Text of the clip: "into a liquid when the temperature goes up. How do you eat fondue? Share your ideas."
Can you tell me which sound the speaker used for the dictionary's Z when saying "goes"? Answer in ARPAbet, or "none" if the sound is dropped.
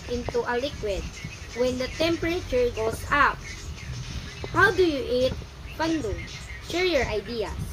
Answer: S